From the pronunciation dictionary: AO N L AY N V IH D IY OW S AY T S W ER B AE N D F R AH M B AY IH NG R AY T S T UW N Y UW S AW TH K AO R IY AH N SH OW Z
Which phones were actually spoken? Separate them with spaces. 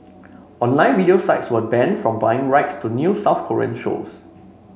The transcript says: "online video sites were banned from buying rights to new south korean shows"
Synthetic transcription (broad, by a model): AO N L AY N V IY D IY OW S AY T S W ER B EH N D F R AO M B AY IH NG R AY T S T UW N Y UW S AW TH K AO R IY AH N SH OW S